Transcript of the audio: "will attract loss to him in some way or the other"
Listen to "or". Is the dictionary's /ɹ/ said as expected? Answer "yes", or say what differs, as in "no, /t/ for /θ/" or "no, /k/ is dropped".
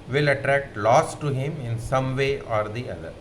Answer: yes